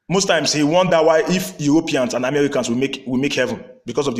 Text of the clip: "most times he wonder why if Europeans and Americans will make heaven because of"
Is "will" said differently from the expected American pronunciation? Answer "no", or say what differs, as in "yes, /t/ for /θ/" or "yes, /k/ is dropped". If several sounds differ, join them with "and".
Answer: yes, /w/ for /l/